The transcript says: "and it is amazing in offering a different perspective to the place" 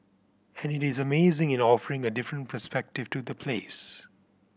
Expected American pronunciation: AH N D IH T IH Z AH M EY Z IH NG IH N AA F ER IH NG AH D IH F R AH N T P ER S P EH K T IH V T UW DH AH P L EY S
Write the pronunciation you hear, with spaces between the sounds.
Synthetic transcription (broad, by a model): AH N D IH T IH Z AH M EY Z IH NG IH N AA F ER IH NG AH D IH F R AH N T P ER S P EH K T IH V T UW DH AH P L EY S